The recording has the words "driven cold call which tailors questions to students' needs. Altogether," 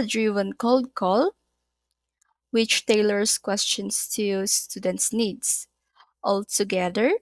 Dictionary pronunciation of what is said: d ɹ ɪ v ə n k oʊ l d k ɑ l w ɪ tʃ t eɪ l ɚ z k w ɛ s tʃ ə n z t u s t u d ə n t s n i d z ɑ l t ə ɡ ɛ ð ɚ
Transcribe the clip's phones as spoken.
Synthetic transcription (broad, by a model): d ɹ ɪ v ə n k oʊ l d k ɑ l w ɪ tʃ t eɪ l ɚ s k w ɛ s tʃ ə n s t u s t u d ə n t s n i d s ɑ l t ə ɡ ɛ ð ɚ